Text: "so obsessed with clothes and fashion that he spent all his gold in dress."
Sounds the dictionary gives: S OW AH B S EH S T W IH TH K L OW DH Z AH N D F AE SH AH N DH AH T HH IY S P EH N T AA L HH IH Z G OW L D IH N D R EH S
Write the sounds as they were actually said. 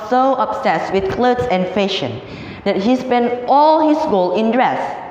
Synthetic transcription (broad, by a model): S OW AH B S EH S W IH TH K L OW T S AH N F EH SH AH N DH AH T HH IY S P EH N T AA L HH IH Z G OW L IH N D R EH S